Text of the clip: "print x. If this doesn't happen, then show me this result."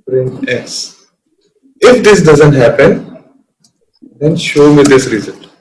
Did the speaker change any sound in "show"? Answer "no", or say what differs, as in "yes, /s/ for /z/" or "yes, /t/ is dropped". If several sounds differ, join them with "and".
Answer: no